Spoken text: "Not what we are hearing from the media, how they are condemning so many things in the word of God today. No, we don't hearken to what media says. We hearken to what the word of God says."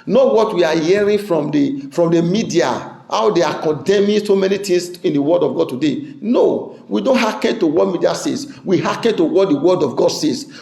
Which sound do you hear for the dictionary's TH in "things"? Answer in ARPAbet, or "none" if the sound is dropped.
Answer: T